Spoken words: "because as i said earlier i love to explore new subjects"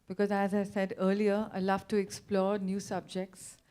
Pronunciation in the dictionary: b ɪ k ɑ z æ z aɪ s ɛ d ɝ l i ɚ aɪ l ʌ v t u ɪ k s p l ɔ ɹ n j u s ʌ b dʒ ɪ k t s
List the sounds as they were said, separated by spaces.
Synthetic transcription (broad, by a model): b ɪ k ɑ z æ z aɪ s ɛ d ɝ l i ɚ aɪ l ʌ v t u ɪ k s p l ɔ ɹ n j u s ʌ b dʒ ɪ k t s